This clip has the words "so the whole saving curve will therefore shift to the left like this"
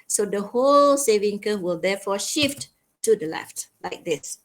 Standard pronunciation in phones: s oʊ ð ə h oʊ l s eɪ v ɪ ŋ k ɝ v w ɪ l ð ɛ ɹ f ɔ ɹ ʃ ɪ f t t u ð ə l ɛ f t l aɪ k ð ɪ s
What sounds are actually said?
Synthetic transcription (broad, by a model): s oʊ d ə h oʊ l s eɪ v ɪ ŋ k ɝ w ɪ l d ɛ f ɔ ʃ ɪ f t t u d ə l ɛ f t l aɪ k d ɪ s